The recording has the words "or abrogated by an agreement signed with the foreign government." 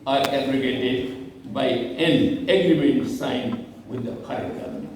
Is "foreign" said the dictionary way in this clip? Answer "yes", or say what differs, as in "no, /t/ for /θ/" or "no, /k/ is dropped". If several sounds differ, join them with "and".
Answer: no, /p/ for /f/